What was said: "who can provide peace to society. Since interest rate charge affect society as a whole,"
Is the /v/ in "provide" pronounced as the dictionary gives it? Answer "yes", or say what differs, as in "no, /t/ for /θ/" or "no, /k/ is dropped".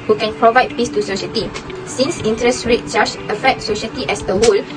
yes